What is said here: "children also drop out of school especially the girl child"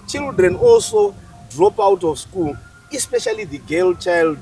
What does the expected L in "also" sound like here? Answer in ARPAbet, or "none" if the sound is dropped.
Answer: L